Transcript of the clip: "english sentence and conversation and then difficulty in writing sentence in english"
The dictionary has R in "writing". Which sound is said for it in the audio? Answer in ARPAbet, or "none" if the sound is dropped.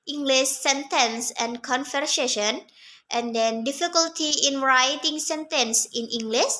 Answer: R